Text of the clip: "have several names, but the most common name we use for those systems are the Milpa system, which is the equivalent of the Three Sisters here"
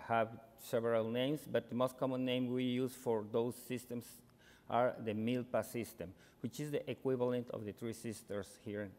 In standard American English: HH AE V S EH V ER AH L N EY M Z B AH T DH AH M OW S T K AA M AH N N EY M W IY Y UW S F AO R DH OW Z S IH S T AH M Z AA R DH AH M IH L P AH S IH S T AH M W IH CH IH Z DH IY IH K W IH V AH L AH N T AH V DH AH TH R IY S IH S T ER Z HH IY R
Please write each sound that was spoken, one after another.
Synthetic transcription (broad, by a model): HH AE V S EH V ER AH L N EY M S B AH T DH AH M OW S T K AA M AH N N EY M W IY Y UW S F AO R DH OW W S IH S T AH M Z AA R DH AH M IH L P AH S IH S T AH M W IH CH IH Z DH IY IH K W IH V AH L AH N T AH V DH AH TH R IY S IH S T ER S HH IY R